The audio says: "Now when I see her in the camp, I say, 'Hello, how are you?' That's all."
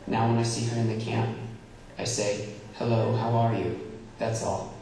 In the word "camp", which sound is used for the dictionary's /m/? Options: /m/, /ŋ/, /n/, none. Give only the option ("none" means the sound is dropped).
/m/